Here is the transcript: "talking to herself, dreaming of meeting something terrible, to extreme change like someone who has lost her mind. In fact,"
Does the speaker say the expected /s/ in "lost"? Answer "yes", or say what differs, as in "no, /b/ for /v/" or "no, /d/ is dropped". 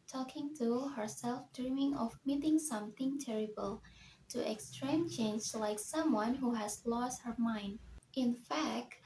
yes